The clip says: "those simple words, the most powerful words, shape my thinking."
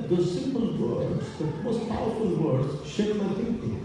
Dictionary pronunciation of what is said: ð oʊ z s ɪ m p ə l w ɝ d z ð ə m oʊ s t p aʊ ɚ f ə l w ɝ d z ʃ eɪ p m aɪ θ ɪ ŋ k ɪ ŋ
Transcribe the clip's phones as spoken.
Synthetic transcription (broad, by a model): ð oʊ s ɪ m p ə l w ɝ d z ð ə m oʊ s t p aʊ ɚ f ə l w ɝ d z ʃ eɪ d m aɪ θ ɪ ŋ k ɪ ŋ